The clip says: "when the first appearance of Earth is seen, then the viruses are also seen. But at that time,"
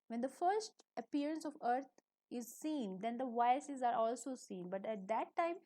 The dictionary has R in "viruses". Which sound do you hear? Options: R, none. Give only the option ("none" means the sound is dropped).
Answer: none